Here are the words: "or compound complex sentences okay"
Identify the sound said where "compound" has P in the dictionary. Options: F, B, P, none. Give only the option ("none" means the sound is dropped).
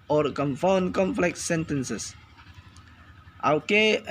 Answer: F